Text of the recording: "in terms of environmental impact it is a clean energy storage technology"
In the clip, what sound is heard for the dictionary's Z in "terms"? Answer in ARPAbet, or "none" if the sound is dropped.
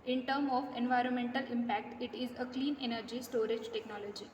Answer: none